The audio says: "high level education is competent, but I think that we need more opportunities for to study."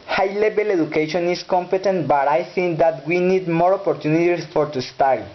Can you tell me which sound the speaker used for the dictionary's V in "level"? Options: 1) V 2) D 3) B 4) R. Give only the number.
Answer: 3